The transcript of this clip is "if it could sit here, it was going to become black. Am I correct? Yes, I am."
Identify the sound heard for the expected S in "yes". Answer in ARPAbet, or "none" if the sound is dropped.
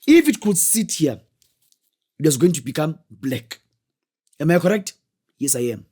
S